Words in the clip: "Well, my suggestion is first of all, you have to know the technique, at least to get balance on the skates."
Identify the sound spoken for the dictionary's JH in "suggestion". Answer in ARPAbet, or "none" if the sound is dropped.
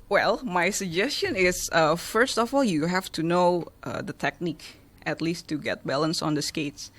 JH